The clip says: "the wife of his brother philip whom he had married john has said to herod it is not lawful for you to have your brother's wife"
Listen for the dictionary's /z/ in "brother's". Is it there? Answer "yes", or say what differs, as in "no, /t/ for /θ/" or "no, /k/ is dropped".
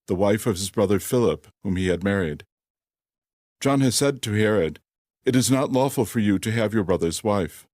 yes